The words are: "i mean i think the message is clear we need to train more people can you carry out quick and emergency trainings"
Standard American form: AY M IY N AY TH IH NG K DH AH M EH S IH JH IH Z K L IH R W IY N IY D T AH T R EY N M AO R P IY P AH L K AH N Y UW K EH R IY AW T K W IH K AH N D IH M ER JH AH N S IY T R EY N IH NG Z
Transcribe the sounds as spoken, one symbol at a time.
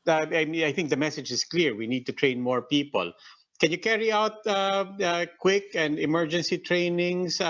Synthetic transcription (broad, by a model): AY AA AY TH IH NG K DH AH M EH S IH JH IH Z K L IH R W IY N IY D T AH T R EY N M AO R P IY P AH L K AH N Y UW K EH R IY AW T K W IH K AH N D IH M ER JH AH N S IY T R EY N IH NG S